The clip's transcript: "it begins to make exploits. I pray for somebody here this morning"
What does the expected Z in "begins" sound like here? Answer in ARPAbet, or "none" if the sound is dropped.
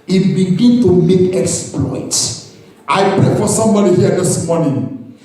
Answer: none